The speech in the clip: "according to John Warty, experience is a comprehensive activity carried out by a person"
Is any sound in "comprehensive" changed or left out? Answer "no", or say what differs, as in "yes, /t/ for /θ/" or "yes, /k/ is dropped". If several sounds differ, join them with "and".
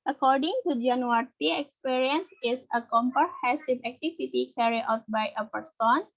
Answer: yes, /n/ is dropped